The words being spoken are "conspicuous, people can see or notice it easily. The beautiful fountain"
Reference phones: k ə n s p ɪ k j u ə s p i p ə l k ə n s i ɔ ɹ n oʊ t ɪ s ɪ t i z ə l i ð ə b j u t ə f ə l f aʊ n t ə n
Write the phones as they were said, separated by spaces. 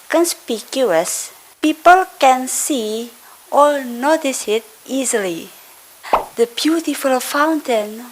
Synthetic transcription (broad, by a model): k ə n s p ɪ k j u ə s p i p ə l k ə n s i ɔ l n oʊ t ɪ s ɪ t i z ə l i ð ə b j u t ə f ə l f aʊ n t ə n